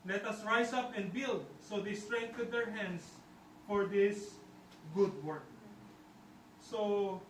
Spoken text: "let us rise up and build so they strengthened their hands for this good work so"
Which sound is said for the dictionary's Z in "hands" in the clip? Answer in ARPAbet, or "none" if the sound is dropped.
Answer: S